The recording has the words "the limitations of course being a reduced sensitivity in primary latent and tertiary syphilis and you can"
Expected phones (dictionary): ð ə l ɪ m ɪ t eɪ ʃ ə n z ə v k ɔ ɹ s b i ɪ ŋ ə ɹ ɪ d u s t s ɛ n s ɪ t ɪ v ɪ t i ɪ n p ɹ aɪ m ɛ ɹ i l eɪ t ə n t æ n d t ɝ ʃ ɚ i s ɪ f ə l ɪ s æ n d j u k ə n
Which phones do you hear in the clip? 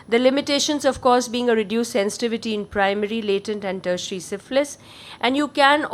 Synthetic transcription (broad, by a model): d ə l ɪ m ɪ t eɪ ʃ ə n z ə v k ɔ ɹ s b i ɪ ŋ ə ɹ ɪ d u s s ɛ n s ɪ t ɪ v ɪ t i ɪ n p ɹ aɪ m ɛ ɹ i l eɪ t ə n t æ n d t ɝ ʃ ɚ i s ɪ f l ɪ s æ n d j u k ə n